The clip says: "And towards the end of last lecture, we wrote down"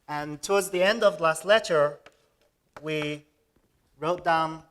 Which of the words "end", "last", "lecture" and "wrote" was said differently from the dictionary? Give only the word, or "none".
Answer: lecture